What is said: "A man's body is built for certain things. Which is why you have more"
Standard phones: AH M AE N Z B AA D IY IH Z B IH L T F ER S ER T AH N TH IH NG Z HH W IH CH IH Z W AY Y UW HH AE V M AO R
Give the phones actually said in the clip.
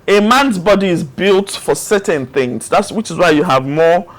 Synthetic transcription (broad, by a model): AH M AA N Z B AA D IY IH Z B IH L T F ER S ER T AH N TH IH NG Z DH W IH CH IH Z W AY Y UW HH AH V M AO